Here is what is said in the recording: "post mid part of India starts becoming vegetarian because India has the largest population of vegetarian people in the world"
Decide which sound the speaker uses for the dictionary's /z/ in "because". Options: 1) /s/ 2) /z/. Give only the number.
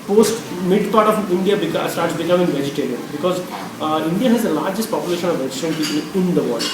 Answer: 2